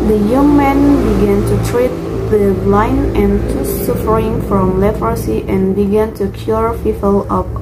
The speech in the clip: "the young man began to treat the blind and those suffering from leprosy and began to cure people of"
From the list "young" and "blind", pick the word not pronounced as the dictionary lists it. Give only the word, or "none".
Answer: blind